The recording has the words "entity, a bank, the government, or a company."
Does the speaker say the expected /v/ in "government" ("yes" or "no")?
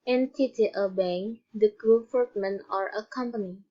no